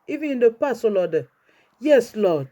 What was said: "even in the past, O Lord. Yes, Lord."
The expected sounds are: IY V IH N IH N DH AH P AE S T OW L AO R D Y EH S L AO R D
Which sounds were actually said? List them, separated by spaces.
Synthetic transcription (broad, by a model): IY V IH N IH N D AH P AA S OW L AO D Y EH S L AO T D